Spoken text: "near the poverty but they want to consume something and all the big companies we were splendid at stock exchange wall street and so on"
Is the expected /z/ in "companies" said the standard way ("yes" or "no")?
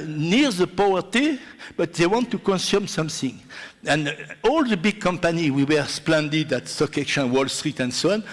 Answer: no